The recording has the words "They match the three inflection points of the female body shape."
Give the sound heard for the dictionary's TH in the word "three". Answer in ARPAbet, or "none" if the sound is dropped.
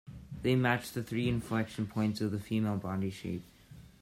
TH